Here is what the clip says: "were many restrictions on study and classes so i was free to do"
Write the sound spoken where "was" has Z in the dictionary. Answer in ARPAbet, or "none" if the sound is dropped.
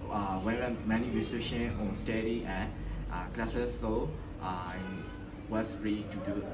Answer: S